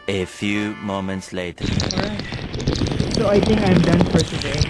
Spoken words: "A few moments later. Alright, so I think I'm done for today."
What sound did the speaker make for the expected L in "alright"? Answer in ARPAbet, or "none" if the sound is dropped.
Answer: none